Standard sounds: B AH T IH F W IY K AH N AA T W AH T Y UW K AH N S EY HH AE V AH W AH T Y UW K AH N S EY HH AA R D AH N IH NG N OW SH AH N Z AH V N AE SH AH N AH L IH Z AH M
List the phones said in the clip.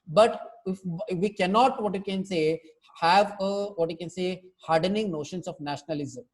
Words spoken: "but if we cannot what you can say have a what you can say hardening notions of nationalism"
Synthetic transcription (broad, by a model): B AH T IH F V IY K AH N AA T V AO T Y UW K AH N S EY HH AE V AH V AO T Y UW K AH N S EY HH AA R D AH N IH NG N OW SH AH N S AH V N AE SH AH N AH L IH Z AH M